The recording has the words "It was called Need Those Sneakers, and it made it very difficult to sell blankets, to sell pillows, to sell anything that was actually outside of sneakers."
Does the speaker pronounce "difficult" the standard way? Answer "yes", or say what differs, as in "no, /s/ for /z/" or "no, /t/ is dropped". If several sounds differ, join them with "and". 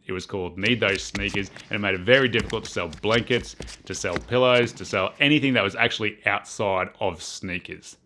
no, /k/ is dropped